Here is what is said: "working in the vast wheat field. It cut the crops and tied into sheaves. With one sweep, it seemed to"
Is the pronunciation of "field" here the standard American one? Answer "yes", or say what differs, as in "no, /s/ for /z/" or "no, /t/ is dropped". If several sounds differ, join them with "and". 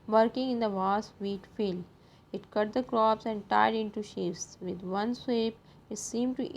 no, /d/ is dropped